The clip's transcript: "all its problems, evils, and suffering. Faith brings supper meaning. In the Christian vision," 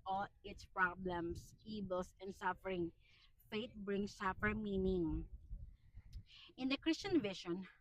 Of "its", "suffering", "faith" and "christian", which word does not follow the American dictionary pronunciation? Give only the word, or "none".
faith